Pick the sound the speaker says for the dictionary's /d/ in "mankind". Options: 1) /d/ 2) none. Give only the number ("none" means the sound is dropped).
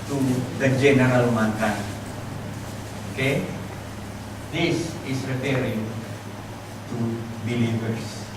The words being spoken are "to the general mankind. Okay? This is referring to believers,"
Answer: 2